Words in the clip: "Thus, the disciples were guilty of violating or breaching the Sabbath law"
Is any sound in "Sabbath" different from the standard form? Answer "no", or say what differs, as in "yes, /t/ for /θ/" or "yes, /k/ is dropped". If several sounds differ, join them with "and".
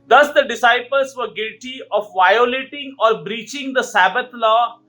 yes, /t/ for /θ/